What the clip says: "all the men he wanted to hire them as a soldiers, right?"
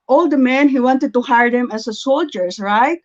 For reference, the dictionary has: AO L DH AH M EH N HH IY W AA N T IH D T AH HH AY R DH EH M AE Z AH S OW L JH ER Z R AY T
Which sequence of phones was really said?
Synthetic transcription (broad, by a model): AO L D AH M EH N HH IY W AA N T IH D T AH HH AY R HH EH M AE S AH S OW L JH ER S R AY T